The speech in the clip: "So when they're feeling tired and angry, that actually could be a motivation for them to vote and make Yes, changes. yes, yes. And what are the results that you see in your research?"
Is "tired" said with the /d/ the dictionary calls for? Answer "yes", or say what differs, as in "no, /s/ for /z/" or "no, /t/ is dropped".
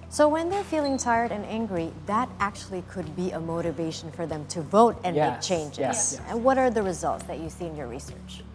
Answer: yes